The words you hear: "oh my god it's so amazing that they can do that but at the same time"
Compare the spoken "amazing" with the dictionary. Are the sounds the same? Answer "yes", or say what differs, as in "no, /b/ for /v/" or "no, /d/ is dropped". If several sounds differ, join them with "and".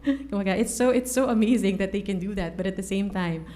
yes